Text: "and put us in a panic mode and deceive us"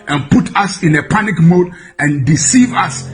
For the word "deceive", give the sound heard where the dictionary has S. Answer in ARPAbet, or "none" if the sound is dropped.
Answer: S